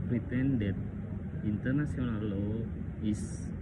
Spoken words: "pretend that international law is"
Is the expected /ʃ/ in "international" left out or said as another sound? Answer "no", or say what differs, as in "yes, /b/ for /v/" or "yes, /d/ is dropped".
yes, /s/ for /ʃ/